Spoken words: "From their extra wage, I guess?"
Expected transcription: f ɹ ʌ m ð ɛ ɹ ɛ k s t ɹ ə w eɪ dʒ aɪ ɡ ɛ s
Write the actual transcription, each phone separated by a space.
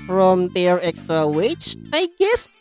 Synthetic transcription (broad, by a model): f ɹ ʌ m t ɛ ɹ ɛ k s t ɹ ə w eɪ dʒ aɪ ɡ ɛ s